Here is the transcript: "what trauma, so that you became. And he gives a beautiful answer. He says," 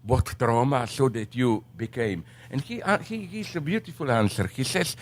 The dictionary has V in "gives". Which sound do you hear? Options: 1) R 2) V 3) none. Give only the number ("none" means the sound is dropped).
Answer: 3